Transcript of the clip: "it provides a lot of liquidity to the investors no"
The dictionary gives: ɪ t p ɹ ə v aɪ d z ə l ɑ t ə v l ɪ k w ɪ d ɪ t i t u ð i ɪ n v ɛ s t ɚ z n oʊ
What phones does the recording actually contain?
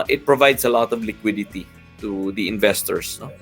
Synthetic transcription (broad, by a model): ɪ t p ɹ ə v aɪ d s ə l ɑ t ə v l ɪ k w ɪ d ɪ t i t u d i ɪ n v ɛ s t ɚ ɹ n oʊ